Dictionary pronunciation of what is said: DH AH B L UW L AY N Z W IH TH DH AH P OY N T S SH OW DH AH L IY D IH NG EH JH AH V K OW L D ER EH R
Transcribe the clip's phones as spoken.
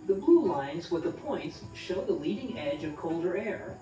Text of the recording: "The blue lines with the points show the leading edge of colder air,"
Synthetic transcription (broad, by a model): DH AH B L UW L AY N Z W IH DH AH P OY N T S SH OW DH AH L IY D IH NG EH JH AH V K OW L D ER EH R